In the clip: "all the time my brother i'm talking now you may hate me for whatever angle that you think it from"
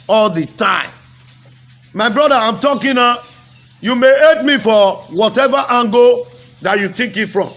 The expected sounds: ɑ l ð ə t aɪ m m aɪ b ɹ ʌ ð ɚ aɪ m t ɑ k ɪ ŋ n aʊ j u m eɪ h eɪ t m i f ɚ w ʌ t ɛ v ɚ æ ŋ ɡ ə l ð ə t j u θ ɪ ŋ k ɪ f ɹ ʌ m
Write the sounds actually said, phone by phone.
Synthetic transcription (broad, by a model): ɑ l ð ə t aɪ m m aɪ b ɹ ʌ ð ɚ aɪ m t ɑ k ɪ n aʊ j u m eɪ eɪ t m i f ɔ w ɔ t ɛ v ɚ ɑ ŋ ɡ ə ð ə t j u t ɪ k ɪ f ɹ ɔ m